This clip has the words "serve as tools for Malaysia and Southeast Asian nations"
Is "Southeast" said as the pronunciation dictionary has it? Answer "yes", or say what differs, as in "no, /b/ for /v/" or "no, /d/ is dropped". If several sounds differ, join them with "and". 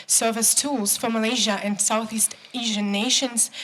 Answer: yes